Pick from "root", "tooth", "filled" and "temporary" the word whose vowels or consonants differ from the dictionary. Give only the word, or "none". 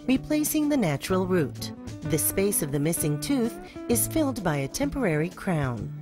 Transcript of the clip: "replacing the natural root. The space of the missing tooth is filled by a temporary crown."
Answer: none